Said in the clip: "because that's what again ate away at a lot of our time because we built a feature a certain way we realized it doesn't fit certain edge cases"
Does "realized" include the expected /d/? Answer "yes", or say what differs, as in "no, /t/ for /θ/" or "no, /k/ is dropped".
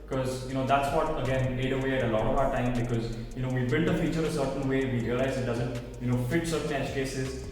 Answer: no, /d/ is dropped